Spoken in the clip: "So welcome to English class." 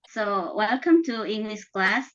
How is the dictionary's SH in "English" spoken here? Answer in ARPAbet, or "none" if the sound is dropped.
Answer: S